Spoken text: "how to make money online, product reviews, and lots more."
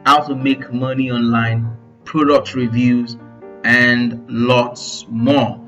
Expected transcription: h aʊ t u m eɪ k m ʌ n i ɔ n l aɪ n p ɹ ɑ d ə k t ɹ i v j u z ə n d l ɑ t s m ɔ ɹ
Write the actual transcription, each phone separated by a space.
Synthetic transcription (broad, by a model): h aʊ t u m eɪ k m ʌ n i ɔ n l aɪ n p ɹ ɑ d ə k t ɹ i v j u z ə n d l ɑ t s m ɔ